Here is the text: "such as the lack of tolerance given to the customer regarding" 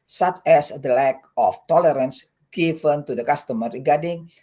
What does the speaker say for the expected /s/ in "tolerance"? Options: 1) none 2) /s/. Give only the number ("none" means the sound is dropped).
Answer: 2